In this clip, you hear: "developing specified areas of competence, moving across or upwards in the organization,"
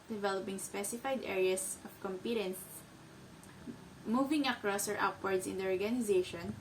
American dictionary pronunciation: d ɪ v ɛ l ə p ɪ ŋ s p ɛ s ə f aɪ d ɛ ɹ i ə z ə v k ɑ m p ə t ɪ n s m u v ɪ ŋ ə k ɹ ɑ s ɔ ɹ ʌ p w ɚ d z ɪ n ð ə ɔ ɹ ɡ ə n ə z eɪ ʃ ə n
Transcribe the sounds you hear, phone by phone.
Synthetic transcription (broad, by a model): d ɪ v ɛ l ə p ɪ ŋ s p ɛ s ə f aɪ d ɛ ɹ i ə s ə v k ɑ m p ə t ɪ n s m u v ɪ ŋ ə k ɹ ɑ s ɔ ɹ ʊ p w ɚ d s ɪ n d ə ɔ ɹ ɡ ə n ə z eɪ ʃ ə n